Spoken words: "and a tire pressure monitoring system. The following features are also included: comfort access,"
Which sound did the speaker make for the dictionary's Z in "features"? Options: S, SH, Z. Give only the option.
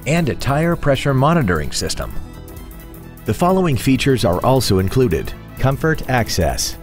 Z